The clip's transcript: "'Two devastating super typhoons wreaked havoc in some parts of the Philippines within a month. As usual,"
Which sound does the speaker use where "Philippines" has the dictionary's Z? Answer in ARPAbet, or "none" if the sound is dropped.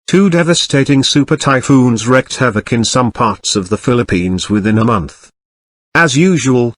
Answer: Z